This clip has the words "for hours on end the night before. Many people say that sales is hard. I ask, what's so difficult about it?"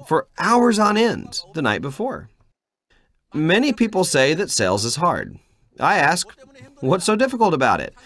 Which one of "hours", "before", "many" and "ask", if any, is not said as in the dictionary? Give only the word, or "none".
none